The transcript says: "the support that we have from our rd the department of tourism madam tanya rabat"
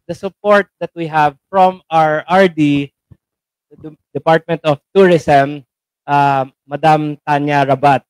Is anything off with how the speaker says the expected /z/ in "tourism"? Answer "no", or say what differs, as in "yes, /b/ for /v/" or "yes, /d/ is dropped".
yes, /s/ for /z/